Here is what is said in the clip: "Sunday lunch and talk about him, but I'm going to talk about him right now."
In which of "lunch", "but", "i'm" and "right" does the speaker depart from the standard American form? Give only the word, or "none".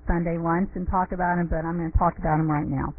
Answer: lunch